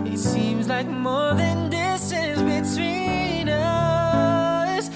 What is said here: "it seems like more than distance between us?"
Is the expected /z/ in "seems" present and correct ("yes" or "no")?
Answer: yes